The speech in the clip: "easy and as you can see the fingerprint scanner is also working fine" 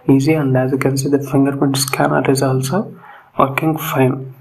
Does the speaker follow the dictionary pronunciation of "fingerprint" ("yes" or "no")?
no